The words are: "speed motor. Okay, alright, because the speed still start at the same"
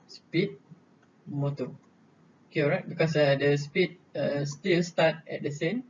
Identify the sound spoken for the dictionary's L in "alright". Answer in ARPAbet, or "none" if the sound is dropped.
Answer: none